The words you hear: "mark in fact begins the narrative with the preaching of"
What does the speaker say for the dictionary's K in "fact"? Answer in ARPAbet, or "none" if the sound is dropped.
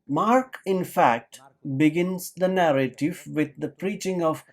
K